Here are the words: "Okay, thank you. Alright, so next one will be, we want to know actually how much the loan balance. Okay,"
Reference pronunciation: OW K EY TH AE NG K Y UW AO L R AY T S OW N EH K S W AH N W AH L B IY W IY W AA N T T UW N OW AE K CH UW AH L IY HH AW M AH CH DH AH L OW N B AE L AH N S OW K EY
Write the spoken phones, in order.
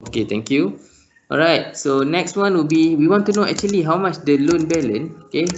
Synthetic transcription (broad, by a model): OW K EY T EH NG K Y UW AO L R AY T S OW N EH K S W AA N W AH L B IY W IY W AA N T T UW N OW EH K CH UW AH L IY HH AW M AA CH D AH L OW N B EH L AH N OW K EY